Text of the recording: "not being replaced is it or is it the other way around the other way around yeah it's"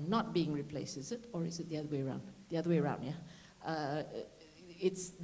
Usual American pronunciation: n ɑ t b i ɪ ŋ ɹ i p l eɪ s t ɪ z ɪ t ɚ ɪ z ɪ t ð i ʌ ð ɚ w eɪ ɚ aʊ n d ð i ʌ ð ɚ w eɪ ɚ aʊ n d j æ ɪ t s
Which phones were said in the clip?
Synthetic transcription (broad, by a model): n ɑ t b i ɪ ŋ ɹ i p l eɪ s ɪ z ɪ t ɚ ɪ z ɪ t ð i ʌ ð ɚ w eɪ ɚ aʊ n d ð i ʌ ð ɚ w eɪ ɚ aʊ n d j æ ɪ t s